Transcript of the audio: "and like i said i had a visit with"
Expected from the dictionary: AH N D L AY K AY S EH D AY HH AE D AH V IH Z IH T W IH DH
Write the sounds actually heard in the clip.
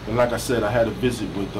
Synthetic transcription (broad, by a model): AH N L AY K AY S EH D AY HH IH D AH V IH Z IH T W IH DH